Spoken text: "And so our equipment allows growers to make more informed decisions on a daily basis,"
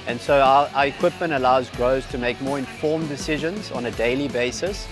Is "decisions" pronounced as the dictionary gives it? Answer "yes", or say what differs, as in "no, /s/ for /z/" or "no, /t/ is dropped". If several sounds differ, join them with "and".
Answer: yes